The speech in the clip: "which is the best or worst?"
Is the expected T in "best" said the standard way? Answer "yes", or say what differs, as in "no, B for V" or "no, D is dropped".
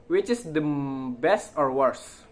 yes